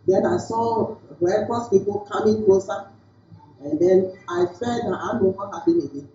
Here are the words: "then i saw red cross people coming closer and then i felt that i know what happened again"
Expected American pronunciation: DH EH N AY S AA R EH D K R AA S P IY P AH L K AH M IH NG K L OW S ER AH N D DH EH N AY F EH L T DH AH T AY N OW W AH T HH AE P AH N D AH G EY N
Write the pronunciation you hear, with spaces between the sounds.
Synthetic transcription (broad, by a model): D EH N AY S AA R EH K AA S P IY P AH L K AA M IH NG K L OW S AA AH N D EH N AY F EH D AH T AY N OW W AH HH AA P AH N AH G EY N